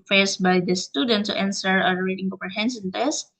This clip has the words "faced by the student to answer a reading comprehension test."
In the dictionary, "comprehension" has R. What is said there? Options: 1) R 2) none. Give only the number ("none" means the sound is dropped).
2